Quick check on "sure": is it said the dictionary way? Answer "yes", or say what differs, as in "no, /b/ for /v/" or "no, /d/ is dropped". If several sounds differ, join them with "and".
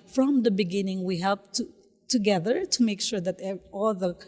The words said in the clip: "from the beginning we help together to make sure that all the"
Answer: yes